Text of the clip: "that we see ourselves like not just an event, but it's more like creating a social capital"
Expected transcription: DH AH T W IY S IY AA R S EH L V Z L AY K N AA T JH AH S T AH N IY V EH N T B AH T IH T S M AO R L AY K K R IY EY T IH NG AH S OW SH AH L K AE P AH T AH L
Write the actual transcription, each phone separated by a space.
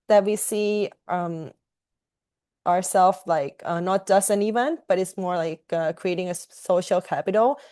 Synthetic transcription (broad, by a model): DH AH T W IY S IY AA R S EH L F L AY K N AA T JH AH S T AH N IY V EH N T B AH T IH T S M AO R L AY K K R IY EY T IH NG AH S OW SH L K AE P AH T L